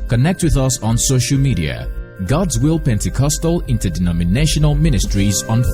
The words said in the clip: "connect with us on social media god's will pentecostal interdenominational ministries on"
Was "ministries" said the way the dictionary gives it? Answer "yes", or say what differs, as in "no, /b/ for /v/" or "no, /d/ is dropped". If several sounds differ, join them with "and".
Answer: yes